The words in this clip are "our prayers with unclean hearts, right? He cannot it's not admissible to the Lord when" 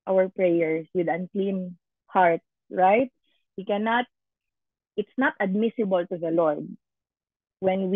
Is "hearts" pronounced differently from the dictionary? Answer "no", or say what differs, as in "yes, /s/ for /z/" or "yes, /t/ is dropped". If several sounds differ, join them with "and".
yes, /s/ is dropped